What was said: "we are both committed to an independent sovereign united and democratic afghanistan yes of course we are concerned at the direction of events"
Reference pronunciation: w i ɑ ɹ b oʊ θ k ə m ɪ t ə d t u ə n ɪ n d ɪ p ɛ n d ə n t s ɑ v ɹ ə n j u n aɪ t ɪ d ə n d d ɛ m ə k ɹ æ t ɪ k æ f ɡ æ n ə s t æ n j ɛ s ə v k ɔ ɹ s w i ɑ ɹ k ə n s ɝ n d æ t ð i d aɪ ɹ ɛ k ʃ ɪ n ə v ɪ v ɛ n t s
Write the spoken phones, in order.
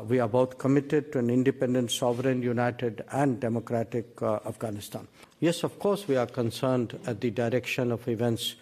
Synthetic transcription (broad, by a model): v i ɑ ɹ b oʊ t k ə m ɪ t ə d t u ə n ɪ n d ɪ p ɛ n d ə n t s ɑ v ɹ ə n j u n aɪ t ɪ d ə n d d ɛ m ə k ɹ æ t ɪ k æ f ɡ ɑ n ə s t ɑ n j ɛ s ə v k ɔ ɹ s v i ɑ ɹ k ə n s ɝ n d æ t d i d aɪ ɹ ɛ k ʃ ɪ n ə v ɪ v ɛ n t s